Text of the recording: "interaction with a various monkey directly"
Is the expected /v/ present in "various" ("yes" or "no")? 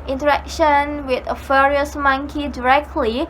no